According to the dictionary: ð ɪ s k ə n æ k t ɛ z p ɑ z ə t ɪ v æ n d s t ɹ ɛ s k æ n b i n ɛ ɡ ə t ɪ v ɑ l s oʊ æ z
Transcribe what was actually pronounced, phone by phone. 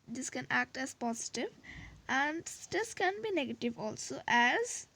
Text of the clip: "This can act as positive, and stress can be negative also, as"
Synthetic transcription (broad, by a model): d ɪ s k ə n æ k t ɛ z p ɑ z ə t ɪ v æ n d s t ɛ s k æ n b i n ɛ ɡ ə t ɪ v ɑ l s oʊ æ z